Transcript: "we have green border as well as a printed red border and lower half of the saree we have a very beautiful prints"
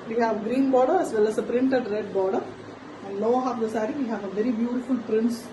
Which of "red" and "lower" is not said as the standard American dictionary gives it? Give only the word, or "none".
lower